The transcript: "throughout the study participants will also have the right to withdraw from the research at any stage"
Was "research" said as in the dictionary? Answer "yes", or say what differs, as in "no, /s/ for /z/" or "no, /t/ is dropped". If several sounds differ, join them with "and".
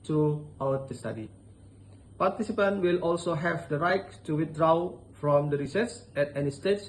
no, /s/ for /tʃ/